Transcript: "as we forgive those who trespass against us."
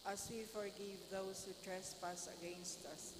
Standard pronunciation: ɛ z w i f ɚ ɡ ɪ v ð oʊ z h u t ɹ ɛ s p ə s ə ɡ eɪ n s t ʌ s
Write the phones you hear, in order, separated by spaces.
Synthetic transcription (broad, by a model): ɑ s w i f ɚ ɡ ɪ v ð oʊ s h u t ɹ ɛ s p ə s ə ɡ eɪ n s t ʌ s